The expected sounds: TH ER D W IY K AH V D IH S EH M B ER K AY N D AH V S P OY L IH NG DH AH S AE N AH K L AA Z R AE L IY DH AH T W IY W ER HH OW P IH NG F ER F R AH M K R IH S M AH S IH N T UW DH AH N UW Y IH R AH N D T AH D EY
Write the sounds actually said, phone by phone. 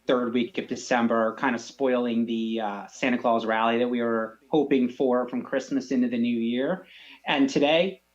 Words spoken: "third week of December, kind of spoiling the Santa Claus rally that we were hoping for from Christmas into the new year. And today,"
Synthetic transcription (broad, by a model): TH ER D W IY K AH V D IH S EH M B ER K AY N D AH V S P OY L IH NG DH AH S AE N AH K L AA Z R AE L IY DH AH T W IY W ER HH OW P IH NG F ER F R AH M K R IH S M AH S IH N T UW DH AH N UW Y IH R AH N T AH D EY